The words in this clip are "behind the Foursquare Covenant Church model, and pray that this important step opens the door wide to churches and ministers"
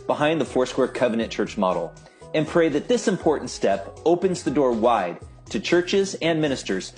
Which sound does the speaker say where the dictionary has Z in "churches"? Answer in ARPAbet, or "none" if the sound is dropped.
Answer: Z